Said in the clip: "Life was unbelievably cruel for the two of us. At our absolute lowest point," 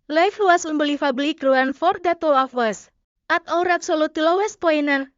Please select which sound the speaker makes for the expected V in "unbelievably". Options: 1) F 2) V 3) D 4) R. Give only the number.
1